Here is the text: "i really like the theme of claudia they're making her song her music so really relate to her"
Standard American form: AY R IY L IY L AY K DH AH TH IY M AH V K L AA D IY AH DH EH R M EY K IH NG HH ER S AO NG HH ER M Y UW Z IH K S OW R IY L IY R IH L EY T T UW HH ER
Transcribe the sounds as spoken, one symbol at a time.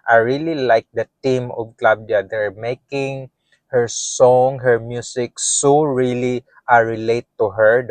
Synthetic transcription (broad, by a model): AY R IY L IY L AY K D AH T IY M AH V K L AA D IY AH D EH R M EY K IH NG HH ER S AO NG HH ER M Y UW S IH K S OW R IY L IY R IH L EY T T UW HH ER